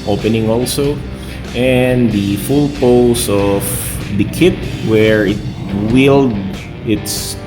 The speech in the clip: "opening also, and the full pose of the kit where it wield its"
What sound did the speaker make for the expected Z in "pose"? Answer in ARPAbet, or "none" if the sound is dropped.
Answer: S